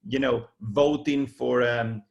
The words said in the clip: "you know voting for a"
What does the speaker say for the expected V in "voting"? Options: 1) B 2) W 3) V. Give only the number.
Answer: 3